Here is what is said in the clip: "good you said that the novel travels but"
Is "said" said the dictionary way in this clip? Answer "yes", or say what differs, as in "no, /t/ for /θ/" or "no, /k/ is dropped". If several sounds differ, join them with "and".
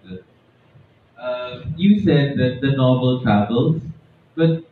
yes